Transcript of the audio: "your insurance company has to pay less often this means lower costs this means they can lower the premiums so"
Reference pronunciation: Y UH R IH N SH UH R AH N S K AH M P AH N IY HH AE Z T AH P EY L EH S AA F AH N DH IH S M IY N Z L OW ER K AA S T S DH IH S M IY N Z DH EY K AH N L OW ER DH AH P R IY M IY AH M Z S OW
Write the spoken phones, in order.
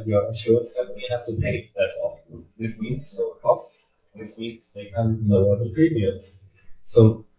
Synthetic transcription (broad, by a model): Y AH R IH SH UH AH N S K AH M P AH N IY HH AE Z T AH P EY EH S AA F DH IH S M IY N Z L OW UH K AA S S DH IH S M IY N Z DH EY K AH N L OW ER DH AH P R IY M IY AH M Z S OW